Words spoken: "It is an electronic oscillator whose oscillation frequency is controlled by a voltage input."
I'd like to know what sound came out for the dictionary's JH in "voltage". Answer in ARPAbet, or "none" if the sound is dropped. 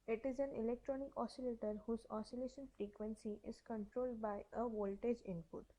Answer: JH